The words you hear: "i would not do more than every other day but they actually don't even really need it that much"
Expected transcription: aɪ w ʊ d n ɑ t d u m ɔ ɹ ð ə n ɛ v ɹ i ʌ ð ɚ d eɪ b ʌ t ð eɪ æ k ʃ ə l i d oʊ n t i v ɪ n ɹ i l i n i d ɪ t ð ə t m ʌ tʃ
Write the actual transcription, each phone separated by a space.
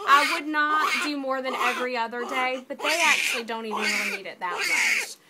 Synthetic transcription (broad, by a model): aɪ w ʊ d n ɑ t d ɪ m ɔ ɹ ð ə n ɛ v ɹ i ʌ ð ɚ d eɪ b ʌ t ð eɪ æ k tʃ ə l i d oʊ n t i v ɪ n w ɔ i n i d ɪ t ð ə t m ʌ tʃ